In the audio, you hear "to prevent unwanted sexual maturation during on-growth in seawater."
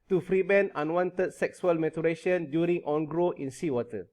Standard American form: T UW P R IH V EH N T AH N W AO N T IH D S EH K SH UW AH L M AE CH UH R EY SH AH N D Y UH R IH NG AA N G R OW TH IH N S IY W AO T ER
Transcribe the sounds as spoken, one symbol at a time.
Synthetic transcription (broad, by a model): T UW F R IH B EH N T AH N W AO N T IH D S EH K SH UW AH L M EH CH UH R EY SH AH N D Y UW R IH NG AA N G R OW IH N S IY W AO T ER